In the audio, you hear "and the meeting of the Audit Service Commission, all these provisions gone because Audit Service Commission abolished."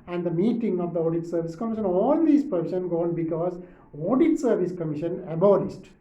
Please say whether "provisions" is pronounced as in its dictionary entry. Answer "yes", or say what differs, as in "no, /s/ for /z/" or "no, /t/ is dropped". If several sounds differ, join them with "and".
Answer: no, /ʃ/ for /ʒ/ and /z/ is dropped